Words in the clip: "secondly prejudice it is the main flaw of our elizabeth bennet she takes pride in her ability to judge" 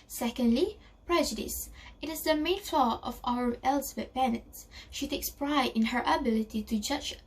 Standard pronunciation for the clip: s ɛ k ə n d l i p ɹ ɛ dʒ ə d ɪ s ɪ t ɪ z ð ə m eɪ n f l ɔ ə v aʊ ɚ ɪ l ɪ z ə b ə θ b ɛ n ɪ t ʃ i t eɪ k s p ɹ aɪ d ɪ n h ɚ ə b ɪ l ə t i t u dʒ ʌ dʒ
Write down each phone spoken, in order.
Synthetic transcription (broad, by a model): s ɛ k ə n d l i p ɹ ɛ dʒ ə d ɪ s ɪ t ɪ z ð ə m eɪ n f l ɔ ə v aʊ ɚ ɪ l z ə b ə t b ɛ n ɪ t ʃ i t eɪ k s p ɹ aɪ d ɪ n h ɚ ə b ɪ l ə t i t u dʒ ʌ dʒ